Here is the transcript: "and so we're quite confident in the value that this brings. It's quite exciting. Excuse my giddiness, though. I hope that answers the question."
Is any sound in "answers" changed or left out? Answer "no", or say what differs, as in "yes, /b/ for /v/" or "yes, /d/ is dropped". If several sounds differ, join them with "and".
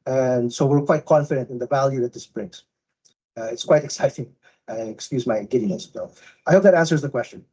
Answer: no